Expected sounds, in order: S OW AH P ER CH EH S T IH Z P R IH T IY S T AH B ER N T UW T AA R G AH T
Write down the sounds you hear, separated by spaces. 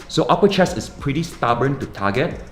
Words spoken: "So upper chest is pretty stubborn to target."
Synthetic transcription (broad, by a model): S OW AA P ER CH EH S IH S P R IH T IY S T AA B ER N T UW T AA G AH T